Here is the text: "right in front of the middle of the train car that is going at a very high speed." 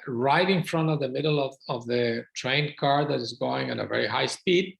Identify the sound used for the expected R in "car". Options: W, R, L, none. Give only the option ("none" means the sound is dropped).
R